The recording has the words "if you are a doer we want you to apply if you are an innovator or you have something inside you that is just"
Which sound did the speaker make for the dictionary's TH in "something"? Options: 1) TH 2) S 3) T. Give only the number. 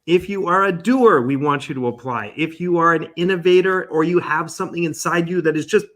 1